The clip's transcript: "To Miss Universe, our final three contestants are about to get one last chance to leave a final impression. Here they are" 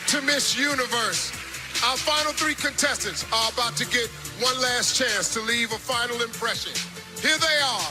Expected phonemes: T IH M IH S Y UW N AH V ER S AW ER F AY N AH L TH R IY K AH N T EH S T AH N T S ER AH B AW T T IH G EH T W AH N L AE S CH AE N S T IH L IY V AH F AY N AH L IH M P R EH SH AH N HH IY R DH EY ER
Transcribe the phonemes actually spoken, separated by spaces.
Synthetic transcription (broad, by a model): T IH M IH S Y UW N AH V ER S AW ER F AY N L TH R IY K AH N T EH S T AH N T S ER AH B AW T T IH G EH T W AH N L AE S CH AE N S T IH L IY V AH F AY N L IH M P R EH SH AH N HH IY R DH EY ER